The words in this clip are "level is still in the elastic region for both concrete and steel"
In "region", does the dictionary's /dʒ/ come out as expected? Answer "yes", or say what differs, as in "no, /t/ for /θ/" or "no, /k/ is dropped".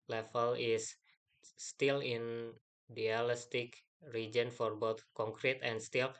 yes